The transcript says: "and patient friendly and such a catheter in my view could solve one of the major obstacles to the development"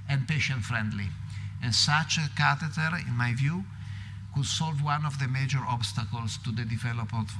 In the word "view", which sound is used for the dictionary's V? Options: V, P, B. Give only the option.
V